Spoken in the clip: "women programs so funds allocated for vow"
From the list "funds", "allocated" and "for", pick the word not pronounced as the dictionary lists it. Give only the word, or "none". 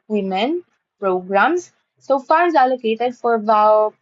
funds